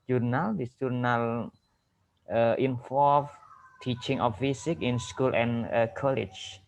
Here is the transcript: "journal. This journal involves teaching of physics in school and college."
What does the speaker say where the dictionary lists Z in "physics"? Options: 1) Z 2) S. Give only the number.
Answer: 2